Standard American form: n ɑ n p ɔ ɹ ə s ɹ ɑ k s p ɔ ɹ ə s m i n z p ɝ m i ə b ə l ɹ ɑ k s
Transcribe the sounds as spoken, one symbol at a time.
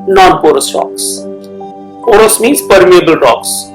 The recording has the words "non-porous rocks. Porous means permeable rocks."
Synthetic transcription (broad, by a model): n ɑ n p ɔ ɹ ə s ɹ ɑ k s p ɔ ɹ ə s m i n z p ɝ m i ə b ə l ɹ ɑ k s